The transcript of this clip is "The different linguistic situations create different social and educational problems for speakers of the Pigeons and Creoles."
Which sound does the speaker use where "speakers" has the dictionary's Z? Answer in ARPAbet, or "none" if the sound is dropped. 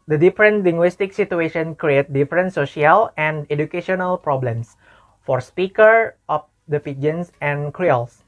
none